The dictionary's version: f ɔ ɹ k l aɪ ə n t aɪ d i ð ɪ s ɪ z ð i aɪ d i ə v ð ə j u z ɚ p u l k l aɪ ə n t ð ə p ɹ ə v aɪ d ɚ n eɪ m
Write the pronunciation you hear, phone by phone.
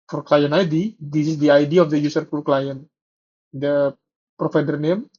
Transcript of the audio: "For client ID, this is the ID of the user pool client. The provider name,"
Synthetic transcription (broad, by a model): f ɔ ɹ k l aɪ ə n aɪ d i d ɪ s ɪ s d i aɪ d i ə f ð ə j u s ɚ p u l k l aɪ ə n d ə p ɹ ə f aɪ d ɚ n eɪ m